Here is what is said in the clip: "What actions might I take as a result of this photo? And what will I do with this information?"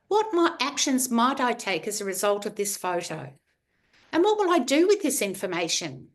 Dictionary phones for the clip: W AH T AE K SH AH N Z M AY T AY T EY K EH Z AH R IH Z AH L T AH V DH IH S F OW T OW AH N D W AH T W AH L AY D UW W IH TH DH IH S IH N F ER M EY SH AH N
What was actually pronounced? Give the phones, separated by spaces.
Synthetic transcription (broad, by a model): W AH T AE K SH AH N Z M AY T AY T EY K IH Z AH R IH Z AH L T AH V DH IH S F OW T OW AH N W AH T W AH L AY D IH W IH DH IH S IH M F ER M EY SH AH N